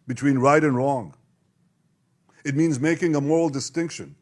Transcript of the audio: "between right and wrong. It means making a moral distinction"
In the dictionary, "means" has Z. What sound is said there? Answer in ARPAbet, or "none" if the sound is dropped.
Z